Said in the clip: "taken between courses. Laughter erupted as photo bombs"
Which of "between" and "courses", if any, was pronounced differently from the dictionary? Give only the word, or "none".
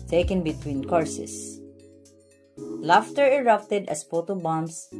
courses